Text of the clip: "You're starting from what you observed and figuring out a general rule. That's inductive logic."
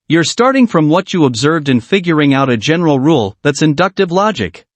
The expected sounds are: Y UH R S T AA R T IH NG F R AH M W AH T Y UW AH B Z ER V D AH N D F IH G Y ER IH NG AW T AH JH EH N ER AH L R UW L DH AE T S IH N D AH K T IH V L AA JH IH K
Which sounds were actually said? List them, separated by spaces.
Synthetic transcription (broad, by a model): Y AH R S T AA R T IH NG F R AH M W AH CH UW AH B Z ER V D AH N F IH G Y ER IH NG AW T AH JH EH N ER L R UW L DH AE T S IH N D AH K T IH V L AA JH IH K